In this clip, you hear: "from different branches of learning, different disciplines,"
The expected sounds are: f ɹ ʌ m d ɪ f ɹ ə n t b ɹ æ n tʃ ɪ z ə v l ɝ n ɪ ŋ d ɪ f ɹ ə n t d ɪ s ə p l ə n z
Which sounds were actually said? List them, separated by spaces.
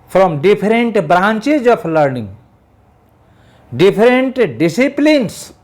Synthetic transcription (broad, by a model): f ɹ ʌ m d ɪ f ɹ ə n t b ɹ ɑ n tʃ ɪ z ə p l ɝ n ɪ ŋ d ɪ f ɹ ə n t d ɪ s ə p l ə n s